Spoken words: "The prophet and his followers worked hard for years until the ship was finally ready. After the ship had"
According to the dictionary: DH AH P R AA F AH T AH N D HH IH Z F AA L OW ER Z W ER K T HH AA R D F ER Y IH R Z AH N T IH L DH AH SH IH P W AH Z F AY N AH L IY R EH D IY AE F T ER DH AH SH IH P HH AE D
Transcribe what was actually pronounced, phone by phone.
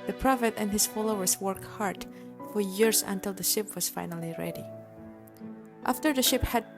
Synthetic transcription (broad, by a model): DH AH P R AA F AH T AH N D HH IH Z F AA L OW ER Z W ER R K HH AA R D F ER Y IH R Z AH N T IH L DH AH SH IH P W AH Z F AY N AH L IY R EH D IY AE F T ER DH AH SH IH P HH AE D